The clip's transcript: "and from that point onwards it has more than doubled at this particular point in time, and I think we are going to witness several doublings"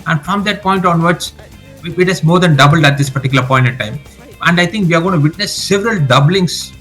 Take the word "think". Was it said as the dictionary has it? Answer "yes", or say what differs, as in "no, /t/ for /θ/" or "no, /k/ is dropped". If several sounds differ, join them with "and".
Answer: no, /t/ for /θ/